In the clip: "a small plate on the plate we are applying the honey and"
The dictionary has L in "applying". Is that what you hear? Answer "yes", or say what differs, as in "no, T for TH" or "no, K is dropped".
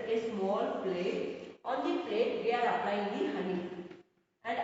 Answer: no, N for L